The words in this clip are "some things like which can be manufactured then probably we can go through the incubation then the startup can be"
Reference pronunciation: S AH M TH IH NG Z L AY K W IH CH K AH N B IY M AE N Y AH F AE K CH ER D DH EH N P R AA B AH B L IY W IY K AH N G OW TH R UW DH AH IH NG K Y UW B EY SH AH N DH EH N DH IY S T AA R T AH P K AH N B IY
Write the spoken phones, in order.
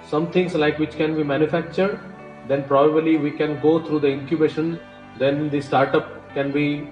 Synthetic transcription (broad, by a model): S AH M T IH NG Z L AY K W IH CH K AH N B IY M AE N Y AH F AE K CH ER D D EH N P R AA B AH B L IY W IY K AH N G OW T R UW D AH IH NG K Y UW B EY SH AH N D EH N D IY S T AA R T AH P K AH N B IY